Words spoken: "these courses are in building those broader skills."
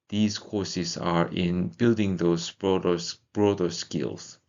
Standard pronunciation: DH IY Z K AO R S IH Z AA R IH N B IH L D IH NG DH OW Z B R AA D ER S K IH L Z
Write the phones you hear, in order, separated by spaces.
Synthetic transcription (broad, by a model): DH IY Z K AO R S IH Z AA R IH N B IH L D IH NG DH OW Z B R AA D ER S K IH L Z